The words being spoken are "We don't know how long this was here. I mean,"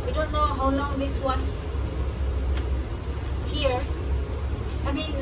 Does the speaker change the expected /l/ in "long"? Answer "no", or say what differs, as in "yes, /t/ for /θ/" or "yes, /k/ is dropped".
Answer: yes, /n/ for /l/